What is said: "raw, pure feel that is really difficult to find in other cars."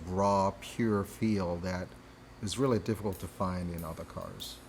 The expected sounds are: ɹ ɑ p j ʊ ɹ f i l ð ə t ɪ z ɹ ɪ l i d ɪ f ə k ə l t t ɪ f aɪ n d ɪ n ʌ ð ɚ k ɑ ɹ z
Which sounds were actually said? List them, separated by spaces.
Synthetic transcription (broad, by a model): ɹ ɑ p j ʊ ɹ f i l ð ə t ɪ z ɹ ɪ l i d ɪ f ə k l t t ɪ f aɪ n d ɪ n ʌ ð ɚ k ɑ ɹ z